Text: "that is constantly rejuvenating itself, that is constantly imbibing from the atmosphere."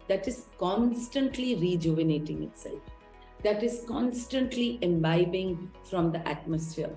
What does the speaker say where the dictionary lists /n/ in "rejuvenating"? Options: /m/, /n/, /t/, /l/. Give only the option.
/n/